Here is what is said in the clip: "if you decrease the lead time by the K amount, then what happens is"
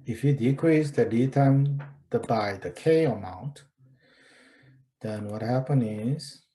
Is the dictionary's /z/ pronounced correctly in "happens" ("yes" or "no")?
no